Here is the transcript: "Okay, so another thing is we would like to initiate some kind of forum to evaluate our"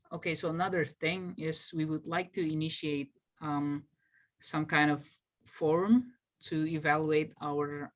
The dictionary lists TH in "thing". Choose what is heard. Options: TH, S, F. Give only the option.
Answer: TH